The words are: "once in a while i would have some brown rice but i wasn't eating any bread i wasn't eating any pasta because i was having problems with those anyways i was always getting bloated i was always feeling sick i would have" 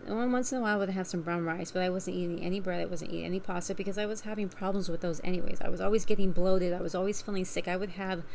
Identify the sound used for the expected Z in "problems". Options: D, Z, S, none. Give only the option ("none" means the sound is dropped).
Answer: Z